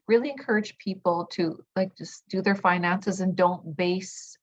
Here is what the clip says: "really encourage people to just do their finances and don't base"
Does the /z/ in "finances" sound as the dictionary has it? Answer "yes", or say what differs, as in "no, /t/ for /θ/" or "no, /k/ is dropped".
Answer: yes